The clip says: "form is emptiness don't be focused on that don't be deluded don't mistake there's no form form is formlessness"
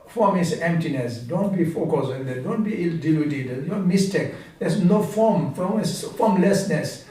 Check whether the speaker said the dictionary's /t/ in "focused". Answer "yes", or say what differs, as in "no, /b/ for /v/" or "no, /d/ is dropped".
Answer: no, /t/ is dropped